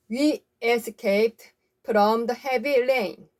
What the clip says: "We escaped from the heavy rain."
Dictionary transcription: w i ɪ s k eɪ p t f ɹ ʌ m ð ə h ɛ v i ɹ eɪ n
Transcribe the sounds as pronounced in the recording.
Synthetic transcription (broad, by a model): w i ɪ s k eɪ t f ɹ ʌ m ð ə h ɛ v i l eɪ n